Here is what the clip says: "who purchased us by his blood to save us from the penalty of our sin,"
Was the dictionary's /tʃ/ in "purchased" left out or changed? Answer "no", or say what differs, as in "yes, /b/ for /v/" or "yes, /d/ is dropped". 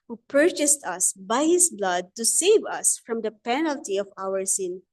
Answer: no